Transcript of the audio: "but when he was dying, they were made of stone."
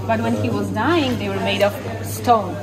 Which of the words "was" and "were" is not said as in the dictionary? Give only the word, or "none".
none